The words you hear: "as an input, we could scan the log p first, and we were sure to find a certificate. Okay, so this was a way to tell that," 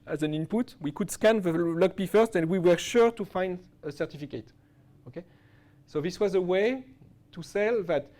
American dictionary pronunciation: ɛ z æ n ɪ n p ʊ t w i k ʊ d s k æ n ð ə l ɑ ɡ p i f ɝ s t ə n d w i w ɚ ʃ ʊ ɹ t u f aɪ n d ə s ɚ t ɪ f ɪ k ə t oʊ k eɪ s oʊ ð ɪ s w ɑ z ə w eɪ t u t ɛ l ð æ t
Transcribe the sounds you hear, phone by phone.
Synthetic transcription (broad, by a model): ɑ z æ n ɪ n p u t w i k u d s k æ n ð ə l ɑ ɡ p i f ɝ s t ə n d w i w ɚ ʃ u ɹ t u f aɪ n d ə s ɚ t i f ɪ k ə t oʊ k eɪ s oʊ ð ɪ s w ɑ z ə w eɪ t u s ɛ l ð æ t